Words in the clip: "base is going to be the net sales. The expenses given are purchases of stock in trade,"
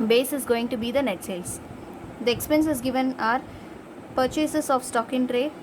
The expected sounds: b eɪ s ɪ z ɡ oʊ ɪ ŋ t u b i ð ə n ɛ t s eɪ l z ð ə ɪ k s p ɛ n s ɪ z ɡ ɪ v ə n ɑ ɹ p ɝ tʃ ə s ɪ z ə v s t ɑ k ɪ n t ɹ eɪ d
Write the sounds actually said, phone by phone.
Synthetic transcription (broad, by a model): b eɪ s ɪ z ɡ oʊ ɪ ŋ t u b i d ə n ɛ t s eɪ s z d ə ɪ k s p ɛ n s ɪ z ɡ ɪ v ə n ɑ ɹ p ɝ tʃ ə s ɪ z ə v s t ɑ k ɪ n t ɹ eɪ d